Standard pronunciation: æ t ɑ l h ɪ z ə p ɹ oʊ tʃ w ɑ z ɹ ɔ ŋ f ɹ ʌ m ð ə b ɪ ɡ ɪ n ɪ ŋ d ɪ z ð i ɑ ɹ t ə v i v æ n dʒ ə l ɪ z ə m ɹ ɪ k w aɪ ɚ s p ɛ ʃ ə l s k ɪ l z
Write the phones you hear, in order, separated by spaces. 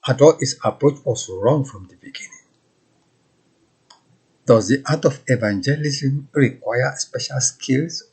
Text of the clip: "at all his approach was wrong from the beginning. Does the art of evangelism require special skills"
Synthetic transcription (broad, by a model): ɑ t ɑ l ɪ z ə p ɹ oʊ tʃ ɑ s ɹ ɔ ŋ f ɹ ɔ m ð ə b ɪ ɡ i n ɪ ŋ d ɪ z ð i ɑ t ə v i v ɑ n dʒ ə l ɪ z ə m ɹ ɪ k w aɪ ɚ s p ɛ ʃ ə l s k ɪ l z